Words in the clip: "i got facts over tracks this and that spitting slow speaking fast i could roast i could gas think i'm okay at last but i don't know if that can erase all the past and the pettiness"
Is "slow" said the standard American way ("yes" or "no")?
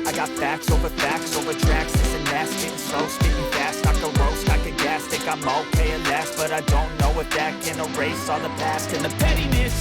no